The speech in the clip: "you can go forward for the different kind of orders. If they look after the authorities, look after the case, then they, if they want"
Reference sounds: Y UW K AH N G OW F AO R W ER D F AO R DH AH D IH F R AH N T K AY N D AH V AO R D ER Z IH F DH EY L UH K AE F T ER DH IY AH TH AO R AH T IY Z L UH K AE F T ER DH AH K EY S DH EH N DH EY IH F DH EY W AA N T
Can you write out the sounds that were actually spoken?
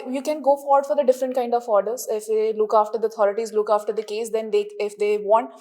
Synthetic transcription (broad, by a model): Y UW K AH N G OW F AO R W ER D F AO R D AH D IH F R AH N T K AY N D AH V AO R D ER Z IH F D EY L UH K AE F T ER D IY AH T AO R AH T IY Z L UH K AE F T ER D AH K EY S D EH N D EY IH F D EY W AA N T